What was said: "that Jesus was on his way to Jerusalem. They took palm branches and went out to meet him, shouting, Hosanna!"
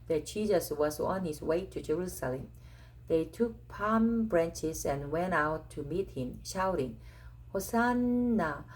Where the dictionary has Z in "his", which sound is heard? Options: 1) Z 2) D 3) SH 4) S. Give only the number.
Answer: 4